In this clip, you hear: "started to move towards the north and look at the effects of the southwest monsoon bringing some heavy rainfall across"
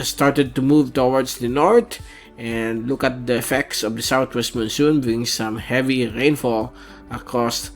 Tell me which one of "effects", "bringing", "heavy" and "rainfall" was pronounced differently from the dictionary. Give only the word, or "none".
bringing